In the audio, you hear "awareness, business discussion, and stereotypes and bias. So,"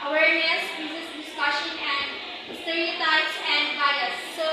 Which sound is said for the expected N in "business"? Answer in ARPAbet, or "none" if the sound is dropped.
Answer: none